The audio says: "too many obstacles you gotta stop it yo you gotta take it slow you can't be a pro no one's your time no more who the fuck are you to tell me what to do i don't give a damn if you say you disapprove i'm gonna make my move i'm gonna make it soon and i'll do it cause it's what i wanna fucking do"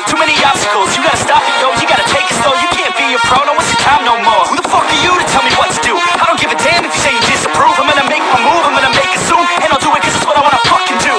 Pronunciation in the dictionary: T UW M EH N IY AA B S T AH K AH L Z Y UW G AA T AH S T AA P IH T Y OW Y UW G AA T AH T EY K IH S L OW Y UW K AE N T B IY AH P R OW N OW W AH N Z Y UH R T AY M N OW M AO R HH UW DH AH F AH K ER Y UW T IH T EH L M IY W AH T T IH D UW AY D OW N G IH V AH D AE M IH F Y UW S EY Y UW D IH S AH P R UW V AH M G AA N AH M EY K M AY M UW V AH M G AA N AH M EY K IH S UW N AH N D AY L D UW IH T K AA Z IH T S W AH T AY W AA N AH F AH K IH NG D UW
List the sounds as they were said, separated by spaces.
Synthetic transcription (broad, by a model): T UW M EH N IY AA S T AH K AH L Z Y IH G AA T AH S T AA F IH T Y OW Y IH G AA T AH T EY K IH S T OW Y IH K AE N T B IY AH F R OW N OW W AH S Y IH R T AY M N OW M AO R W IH DH AH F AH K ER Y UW T IH T EH L M IY W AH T T IH D UW AY D OW N G IH V AH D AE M IH F Y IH S EY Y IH D IH S AH P R UW V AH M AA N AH M EY K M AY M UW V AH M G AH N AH M EY K IH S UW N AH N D AY L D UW IH T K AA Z IH T S W AH T AY W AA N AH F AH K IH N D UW